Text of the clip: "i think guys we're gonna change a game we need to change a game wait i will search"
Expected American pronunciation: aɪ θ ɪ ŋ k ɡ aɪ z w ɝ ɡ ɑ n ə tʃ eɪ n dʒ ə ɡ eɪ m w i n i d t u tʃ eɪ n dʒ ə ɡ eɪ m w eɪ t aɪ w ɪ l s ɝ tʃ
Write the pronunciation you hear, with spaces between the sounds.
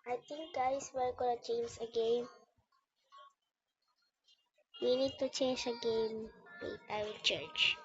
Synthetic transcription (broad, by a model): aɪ t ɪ ŋ k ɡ aɪ s w ɝ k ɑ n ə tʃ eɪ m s ə ɡ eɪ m w i n i d t u tʃ eɪ n dʒ ə ɡ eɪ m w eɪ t aɪ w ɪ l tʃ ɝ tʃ